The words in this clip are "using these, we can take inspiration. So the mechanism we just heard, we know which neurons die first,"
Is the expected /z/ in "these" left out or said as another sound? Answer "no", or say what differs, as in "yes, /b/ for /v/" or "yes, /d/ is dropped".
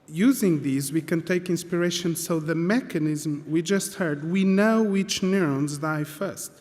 no